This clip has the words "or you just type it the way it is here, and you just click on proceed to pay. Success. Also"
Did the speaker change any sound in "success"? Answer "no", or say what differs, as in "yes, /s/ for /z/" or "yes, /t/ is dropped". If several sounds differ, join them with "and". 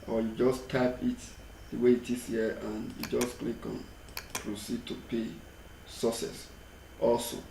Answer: yes, /k/ is dropped